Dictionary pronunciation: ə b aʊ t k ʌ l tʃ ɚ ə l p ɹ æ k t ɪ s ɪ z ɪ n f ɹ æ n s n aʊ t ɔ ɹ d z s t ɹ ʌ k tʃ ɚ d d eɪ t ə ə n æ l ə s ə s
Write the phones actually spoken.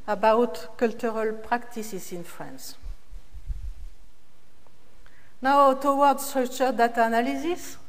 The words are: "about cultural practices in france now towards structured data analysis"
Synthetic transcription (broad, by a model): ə b aʊ t k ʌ l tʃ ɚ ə l p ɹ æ k t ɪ s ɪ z ɪ n f ɹ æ n s n aʊ t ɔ w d s t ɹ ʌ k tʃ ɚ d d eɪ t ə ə n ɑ l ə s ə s